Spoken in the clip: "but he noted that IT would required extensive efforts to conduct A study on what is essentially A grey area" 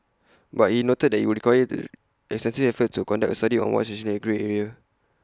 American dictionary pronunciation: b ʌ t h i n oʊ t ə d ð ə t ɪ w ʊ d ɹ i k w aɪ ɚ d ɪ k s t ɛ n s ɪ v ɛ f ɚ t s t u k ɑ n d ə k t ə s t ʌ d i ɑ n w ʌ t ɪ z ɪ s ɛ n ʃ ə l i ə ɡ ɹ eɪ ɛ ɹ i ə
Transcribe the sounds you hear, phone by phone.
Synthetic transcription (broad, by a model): b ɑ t h i n oʊ t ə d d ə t ɪ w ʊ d ɹ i k w aɪ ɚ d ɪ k s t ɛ n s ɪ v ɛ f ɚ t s t u k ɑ n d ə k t ə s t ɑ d i ɑ n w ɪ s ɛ ʃ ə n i ə ɡ ɹ eɪ ɛ ɹ i ə